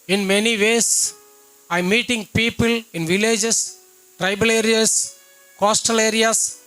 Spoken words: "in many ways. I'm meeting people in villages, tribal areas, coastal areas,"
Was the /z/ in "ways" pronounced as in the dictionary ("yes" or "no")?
no